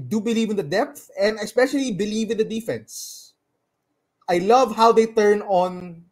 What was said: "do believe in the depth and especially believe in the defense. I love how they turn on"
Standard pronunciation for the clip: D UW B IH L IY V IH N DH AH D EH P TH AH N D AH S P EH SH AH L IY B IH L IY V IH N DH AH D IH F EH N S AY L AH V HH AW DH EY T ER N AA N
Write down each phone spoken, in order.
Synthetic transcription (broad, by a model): D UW B IH L IY V IH N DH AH D EH P TH AH N D AH S P EH SH AH L IY B IH L IY V IH N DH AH D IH F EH N S AY L AH V HH AW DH EY T ER N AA N